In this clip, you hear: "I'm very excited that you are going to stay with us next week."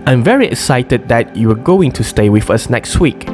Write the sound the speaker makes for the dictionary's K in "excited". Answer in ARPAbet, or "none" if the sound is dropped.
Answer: K